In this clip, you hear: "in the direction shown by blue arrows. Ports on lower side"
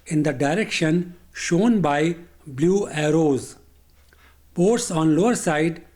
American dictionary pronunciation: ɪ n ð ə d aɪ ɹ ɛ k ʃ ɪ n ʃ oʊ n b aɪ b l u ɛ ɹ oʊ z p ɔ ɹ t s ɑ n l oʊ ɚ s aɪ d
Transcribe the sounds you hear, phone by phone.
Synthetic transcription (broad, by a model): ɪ n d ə d aɪ ɹ ɛ k ʃ ɪ n ʃ oʊ n b aɪ b l u ɛ ɹ oʊ z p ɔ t s ɑ n l oʊ ɚ s aɪ d